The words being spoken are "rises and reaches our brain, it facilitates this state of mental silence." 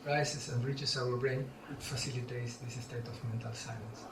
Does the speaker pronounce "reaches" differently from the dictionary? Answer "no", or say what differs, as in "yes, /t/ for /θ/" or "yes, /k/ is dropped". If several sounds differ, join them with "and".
yes, /s/ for /z/